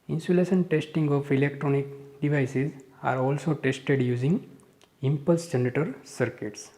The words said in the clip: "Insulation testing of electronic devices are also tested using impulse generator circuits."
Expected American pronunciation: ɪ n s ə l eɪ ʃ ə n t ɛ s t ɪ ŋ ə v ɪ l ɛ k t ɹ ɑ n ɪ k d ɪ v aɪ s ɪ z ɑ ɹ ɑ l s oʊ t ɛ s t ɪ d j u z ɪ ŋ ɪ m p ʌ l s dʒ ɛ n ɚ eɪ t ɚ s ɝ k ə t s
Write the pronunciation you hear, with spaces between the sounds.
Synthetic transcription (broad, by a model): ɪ n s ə l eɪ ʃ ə n t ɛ s t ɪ ŋ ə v ɪ l ɛ k t ɹ ɑ n ɪ k d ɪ v aɪ s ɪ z ɑ ɹ ɑ l s oʊ t ɛ s t ɪ d j u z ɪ ŋ ɪ m p ʌ l s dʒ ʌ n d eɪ t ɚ s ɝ k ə t s